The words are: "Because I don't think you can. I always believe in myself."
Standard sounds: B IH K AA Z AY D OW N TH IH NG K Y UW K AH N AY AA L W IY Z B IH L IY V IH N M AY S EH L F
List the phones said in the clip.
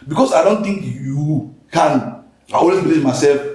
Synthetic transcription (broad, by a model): B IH K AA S AY D OW N T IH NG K Y UW K AH N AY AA W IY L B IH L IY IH M AY S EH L F